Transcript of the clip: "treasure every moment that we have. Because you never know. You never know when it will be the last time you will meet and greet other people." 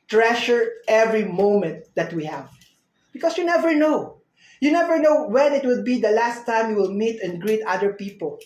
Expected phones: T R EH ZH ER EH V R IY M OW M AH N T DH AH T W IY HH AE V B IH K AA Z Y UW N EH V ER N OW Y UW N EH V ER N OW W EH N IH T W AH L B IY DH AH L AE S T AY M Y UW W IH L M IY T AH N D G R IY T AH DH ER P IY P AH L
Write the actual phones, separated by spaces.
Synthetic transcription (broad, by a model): T R EH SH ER EH V R IY M OW M AH N T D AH T W IY HH AE V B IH K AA S Y UW N EH V ER N OW Y UW N EH V ER N OW W EH N IH T W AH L B IY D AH L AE S T AY M Y UW W IH L M IY T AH N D G R IY T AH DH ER P IY P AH L